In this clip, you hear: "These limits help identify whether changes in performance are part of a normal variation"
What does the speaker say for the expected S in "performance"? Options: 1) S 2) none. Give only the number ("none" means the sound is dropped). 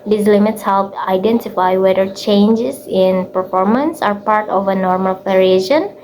1